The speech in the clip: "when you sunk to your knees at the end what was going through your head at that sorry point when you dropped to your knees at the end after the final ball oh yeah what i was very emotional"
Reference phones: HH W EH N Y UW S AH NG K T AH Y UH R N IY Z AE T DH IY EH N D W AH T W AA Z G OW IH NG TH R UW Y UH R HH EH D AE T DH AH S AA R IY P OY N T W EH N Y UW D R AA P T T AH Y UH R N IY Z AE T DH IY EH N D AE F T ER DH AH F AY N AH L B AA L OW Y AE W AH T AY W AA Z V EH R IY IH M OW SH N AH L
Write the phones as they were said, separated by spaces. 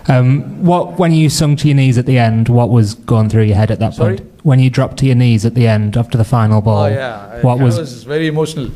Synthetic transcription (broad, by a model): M W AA N Y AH S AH NG T AH Y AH N IY Z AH T DH IY EH N D W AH T W AA Z G OW IH NG TH R UW Y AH HH EH D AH T DH AH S P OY N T W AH N Y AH D R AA P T T AH Y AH N IY Z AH T DH IY EH N D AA F T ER DH AH F AY N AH L B AA L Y W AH T W AA Z V EH R IY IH M OW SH N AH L